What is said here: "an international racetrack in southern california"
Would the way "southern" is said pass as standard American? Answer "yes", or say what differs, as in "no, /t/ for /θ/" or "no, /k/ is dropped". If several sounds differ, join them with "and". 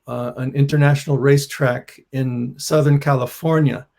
yes